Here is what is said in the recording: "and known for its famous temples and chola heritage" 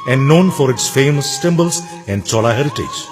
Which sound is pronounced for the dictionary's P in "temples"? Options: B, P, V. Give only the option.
B